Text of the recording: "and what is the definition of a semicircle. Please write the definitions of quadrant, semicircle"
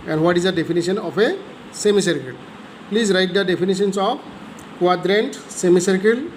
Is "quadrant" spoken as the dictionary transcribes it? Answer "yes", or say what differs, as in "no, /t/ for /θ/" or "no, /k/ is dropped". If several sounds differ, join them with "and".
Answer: yes